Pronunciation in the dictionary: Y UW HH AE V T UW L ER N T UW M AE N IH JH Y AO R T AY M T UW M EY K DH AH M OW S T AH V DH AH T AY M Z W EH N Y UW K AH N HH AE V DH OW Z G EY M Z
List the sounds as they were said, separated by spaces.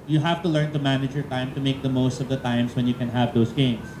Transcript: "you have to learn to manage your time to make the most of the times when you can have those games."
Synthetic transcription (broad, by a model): Y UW HH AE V T UW L ER N T UW M AE N IH JH Y AO R T AY M T UW M EY K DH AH M OW S T AH V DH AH T AY M S W EH N Y UW K AH N HH AE V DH OW S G EY M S